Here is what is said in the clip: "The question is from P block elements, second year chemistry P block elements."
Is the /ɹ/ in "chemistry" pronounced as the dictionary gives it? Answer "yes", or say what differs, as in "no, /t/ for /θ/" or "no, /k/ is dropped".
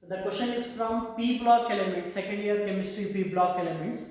yes